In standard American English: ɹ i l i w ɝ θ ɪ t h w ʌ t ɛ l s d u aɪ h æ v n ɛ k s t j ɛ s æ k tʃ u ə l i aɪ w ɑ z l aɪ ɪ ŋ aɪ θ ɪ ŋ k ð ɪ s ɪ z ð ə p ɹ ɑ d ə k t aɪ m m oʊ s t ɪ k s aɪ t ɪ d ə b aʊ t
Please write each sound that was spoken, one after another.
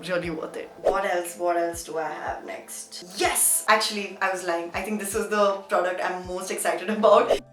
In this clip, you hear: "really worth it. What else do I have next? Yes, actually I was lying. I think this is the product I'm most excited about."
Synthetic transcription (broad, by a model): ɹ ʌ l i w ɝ t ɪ t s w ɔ t ɛ l s d u aɪ h æ v n ɛ k s t j ɛ s æ k tʃ u ə l i aɪ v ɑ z l aɪ ɪ ŋ aɪ t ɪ ŋ k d ɪ s ɪ z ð ə p ɹ ɑ d ə k t aɪ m m oʊ s t ɪ k s aɪ t ɪ d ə b aʊ t